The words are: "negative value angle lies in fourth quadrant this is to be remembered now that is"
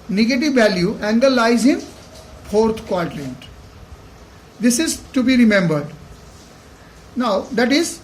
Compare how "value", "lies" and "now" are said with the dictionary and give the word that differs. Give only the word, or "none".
none